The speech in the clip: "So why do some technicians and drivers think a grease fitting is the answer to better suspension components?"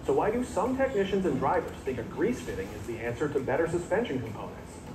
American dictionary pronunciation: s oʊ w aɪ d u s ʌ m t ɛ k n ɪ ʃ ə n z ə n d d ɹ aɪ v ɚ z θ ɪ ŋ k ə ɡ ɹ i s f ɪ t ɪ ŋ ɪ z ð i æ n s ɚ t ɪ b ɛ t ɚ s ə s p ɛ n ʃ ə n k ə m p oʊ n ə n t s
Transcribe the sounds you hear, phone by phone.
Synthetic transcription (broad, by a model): s oʊ w aɪ d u s ʌ m t ɛ k n ɪ ʃ ə n z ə n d d ɹ aɪ v ɚ z θ ɪ ŋ k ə ɡ ɹ i s f ɪ t ɪ ŋ ɪ z ð i æ n s ɚ t ɪ b ɛ t ɚ s ə s p ɛ n ʃ ə n k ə m p oʊ n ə n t s